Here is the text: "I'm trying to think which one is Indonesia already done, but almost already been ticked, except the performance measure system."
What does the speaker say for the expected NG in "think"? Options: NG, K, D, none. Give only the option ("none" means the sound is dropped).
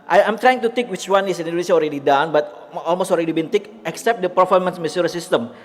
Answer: none